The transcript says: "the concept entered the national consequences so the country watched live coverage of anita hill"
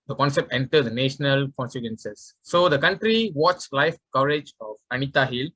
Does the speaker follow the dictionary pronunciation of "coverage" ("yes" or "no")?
yes